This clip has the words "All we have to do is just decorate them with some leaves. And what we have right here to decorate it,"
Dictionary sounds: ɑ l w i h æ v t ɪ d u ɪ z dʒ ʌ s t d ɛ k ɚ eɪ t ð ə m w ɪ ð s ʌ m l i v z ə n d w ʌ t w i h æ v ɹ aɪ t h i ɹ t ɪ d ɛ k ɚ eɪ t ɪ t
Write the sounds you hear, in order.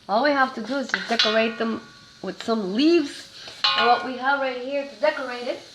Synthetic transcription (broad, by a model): ɑ l w i h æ f t ɪ d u ɪ z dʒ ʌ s d ɛ k ɚ eɪ t ð ə m w ɪ ð s ʌ m l i v z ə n w ʌ t w i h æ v ɹ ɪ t h i ɹ t ɪ d ɛ k ɚ eɪ t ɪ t